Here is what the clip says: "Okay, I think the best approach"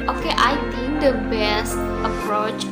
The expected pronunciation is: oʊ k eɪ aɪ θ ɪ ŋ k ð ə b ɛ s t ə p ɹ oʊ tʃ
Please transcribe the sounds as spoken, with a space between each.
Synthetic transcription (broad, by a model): oʊ k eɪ aɪ t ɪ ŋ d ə b ɛ s t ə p ɹ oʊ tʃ